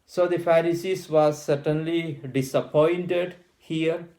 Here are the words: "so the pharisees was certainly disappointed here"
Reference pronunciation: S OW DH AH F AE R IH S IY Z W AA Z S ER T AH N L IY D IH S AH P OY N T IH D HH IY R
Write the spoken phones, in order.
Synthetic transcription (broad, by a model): S OW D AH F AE R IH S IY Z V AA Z S ER T AH N L IY D IH S AH P OY N T IH D HH IY R